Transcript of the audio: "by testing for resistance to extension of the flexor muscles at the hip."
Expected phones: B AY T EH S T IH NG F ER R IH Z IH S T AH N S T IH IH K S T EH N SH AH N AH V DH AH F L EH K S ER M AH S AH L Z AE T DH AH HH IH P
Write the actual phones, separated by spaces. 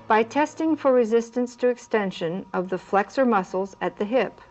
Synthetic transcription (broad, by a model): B AY T EH S T IH NG F ER R IH Z IH S T AH N S T IH IH K S T EH N SH AH N AH V DH AH F L EH K S ER M AH S L Z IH T DH AH HH IH P